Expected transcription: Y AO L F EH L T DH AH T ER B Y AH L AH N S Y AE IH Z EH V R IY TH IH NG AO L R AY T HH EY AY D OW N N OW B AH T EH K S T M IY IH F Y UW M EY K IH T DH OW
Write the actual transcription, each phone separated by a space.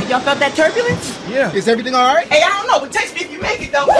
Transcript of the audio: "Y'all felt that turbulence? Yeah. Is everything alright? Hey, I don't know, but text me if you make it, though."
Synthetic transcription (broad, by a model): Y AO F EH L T DH AH T ER B Y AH L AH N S Y AE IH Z EH V R IY TH IH NG AO L R AY T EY AY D OW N N OW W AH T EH S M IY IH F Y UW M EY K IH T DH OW